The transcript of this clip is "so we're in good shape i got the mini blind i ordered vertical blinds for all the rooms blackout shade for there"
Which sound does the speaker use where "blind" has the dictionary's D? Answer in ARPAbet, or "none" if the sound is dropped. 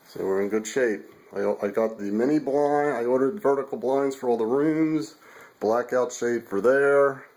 none